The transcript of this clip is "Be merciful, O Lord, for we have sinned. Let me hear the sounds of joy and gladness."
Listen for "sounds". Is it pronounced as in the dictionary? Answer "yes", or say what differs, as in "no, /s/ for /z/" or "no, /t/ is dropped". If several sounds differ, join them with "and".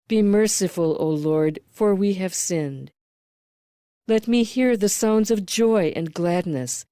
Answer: yes